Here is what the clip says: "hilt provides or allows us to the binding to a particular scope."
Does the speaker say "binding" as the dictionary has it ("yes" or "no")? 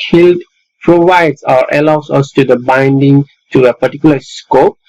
yes